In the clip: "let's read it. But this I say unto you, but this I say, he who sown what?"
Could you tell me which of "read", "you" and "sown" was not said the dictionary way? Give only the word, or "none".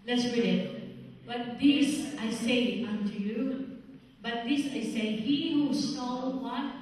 sown